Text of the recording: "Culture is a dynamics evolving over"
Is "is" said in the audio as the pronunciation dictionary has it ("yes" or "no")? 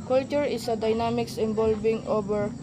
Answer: no